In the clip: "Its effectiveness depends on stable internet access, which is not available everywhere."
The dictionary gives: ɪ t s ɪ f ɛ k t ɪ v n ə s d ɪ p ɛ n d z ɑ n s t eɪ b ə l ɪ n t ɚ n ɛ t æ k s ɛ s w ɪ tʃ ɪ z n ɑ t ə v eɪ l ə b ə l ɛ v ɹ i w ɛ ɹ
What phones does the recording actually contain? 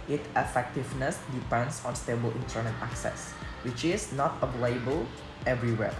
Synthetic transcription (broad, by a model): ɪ t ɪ f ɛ k t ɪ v n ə s d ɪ p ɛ n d s ɑ n s t eɪ b ə l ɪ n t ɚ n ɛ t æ k s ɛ s w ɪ tʃ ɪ s n ɑ t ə p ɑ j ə b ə l ɛ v ɹ i w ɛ